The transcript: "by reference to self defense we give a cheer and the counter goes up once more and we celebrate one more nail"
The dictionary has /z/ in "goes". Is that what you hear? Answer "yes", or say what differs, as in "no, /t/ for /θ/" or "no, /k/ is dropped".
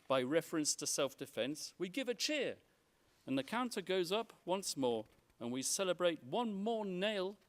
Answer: yes